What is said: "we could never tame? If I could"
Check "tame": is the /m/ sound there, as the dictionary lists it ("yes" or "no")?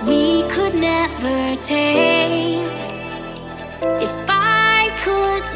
no